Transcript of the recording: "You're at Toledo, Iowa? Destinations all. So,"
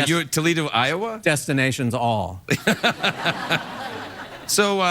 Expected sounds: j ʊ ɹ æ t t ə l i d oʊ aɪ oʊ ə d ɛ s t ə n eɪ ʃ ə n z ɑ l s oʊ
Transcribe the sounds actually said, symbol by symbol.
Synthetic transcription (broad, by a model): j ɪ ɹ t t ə l i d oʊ aɪ oʊ ə d ɛ s t ə n eɪ ʃ ə n z ɑ l s oʊ